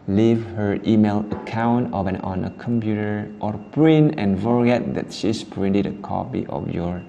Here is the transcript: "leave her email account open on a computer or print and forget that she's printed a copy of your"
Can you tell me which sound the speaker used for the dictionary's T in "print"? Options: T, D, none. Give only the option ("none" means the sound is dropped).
none